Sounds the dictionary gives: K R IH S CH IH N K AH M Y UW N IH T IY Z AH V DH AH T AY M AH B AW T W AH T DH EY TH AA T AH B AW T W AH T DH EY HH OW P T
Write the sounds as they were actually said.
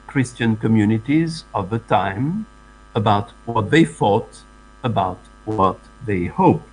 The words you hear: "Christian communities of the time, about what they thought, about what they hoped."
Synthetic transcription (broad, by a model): K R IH S CH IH N K AH M Y UW N IH T IY Z AH V DH AH T AY M AH B AW T W AH T DH EY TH AA T AH B AW T W AH T DH EY HH OW P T